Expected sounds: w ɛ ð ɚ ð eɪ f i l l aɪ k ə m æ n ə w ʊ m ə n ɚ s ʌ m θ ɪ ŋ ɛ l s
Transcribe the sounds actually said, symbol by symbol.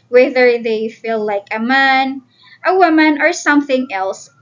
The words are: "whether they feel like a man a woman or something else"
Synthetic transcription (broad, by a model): w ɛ ð ɚ ð eɪ f i l l aɪ k ə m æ n ə w ʊ m ə n ɚ s ʌ m θ ɪ ŋ ɛ l s